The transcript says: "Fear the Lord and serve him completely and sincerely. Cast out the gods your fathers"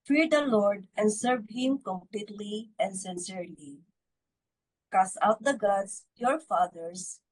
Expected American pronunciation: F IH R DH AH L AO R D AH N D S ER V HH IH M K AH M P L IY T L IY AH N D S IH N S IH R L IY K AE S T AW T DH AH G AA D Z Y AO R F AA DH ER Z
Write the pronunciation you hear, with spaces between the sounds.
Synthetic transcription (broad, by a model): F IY R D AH L AO R D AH N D S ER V HH IH M K AH M P L IY T L IY AH N D S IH N S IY R L IY K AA S AW T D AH G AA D S Y AO R F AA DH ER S